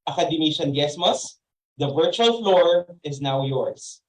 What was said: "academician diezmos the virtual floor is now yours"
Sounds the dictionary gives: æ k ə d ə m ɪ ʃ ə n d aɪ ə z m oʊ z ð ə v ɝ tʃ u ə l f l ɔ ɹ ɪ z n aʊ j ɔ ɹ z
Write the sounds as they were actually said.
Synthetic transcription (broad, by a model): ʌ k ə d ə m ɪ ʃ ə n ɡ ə s m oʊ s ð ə v ɝ tʃ u ə l f l ɔ ɹ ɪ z n aʊ j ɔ ɹ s